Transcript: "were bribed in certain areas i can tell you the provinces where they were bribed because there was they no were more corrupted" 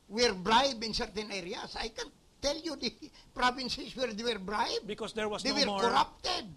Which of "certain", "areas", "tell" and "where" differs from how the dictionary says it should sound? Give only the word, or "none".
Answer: areas